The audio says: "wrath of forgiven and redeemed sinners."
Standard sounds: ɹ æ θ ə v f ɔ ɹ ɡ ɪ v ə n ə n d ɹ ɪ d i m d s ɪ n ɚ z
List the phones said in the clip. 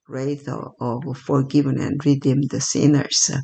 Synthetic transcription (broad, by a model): ɹ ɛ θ ə v f ɔ ɹ ɡ ɪ v ə n ə n d ɹ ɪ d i m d s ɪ n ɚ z